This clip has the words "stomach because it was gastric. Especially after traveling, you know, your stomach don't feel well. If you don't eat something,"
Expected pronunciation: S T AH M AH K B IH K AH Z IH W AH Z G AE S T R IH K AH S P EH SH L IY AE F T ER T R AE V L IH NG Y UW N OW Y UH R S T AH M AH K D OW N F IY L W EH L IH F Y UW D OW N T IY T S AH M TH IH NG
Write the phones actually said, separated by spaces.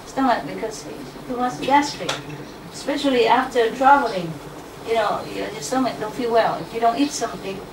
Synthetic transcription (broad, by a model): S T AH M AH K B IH K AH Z IH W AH S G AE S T IH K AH S P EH SH L IY AE F T ER T R AE V L IH NG Y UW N OW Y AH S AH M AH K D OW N F IY L W EH L IH F Y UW D OW N T IY T S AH M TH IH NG